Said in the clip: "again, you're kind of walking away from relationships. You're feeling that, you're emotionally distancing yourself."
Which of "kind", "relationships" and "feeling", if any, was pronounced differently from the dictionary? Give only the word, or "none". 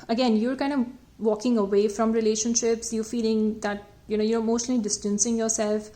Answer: none